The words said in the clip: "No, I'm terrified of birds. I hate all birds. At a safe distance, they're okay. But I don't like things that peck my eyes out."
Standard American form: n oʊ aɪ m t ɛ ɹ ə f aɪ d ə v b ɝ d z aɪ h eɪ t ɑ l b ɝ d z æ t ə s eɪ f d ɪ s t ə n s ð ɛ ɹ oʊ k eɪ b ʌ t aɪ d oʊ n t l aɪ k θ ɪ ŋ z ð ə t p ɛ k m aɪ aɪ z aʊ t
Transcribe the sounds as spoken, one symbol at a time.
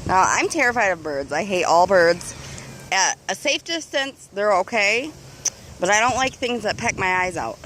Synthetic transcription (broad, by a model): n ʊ aɪ m t ɛ ɹ ə f aɪ d ə v b ɝ d z aɪ h eɪ t ɑ l b ɝ d z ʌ ə s eɪ f d ɪ s t ə n s ð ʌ ɹ oʊ k eɪ b ʌ t aɪ d oʊ n t l aɪ k θ ɪ ŋ z ð ə t p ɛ k m aɪ aɪ z aʊ t